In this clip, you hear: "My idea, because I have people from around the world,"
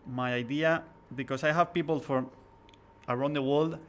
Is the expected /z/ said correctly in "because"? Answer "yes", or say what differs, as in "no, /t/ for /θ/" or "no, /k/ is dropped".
no, /s/ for /z/